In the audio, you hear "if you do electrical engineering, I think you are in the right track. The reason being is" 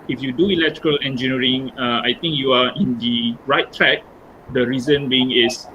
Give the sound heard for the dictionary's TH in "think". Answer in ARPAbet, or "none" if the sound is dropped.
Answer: T